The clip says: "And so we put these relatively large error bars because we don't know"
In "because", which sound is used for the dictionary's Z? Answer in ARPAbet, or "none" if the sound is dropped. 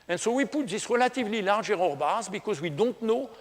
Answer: Z